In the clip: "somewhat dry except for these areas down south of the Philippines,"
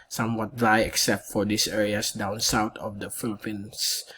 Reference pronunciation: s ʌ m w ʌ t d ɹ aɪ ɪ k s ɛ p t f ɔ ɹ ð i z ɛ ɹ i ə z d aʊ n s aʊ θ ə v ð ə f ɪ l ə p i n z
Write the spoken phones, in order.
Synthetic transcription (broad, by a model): s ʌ m w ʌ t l aɪ ɪ k s ɛ p t f ɔ ɹ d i s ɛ ɹ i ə s d aʊ n s aʊ t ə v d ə f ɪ l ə p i n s